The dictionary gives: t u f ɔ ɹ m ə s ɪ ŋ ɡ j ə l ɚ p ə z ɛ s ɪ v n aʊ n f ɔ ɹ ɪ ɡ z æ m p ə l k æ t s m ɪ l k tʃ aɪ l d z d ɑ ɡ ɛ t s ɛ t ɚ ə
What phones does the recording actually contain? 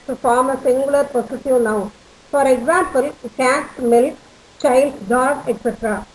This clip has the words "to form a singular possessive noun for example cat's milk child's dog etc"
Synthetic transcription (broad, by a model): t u f ɔ ɹ m ə s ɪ ŋ ɡ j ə l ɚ p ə s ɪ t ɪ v n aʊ f ɔ ɹ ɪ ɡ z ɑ m p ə l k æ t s m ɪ l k tʃ aɪ l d d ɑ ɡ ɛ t s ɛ t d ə